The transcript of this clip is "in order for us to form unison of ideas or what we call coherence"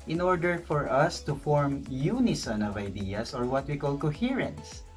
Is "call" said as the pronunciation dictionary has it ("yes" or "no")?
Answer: yes